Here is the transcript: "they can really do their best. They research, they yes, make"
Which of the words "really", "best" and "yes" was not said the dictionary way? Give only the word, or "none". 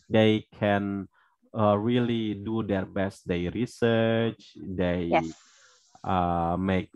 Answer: yes